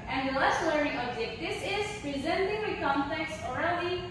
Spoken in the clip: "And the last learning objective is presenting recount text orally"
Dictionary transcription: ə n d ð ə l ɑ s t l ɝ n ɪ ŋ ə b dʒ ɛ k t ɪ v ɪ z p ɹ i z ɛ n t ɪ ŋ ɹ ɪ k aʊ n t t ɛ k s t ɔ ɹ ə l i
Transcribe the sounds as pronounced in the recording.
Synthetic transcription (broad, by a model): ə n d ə l ɑ s t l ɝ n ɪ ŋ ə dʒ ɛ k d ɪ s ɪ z p ɹ i z ɛ n t ɪ ŋ w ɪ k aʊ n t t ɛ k s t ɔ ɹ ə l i